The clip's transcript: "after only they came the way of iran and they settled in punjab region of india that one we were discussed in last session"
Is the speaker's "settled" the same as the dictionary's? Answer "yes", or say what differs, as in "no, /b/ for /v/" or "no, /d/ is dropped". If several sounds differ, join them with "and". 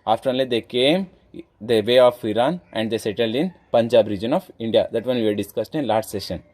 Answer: yes